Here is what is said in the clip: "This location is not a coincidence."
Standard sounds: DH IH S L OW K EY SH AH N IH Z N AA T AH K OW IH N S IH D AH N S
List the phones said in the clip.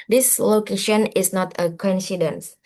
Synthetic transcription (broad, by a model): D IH S L OW K EY SH AH N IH S N AA T AH K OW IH N S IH D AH N S